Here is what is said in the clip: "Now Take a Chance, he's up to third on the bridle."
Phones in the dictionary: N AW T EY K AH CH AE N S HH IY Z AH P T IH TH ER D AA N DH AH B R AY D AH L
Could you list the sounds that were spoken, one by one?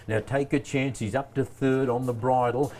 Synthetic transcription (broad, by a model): N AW T EY K AH CH AE N S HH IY Z AH P T IH TH ER D N DH AH B R AY D L